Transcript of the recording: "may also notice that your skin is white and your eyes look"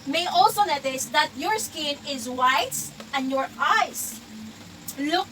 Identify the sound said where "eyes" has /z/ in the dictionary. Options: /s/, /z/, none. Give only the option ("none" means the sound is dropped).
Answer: /s/